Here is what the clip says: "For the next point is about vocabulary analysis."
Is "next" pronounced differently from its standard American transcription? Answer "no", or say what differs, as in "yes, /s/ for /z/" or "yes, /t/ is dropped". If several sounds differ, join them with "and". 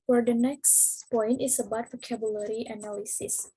no